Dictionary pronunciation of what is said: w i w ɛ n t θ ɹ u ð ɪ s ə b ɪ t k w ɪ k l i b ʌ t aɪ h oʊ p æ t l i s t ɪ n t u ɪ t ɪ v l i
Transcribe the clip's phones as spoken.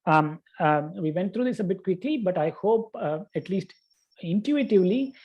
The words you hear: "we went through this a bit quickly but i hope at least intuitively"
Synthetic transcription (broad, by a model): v i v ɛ n t t ɹ u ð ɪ s ə b ɪ t k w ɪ k l i b ʌ t aɪ h oʊ p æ t l i s t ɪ n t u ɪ t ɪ v l i